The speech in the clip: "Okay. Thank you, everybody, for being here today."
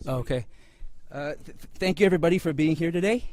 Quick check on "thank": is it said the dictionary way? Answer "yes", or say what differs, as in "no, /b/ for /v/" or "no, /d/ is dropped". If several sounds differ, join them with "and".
yes